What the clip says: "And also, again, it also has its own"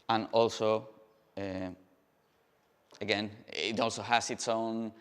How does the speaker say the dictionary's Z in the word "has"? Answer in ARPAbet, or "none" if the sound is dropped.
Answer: S